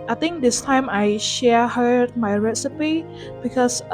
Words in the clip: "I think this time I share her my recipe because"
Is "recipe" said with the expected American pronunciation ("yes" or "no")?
yes